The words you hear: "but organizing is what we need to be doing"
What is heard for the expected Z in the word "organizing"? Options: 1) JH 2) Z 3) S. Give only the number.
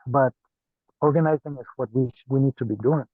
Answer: 2